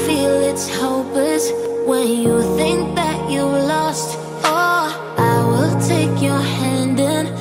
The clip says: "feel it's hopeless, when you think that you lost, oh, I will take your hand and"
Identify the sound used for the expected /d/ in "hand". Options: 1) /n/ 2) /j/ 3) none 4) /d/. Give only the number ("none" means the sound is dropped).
4